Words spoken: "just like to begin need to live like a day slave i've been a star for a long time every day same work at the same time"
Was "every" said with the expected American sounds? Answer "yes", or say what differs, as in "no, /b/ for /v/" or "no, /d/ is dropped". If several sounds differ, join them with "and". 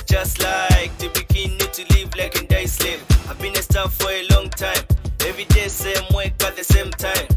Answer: no, /ɹ/ is dropped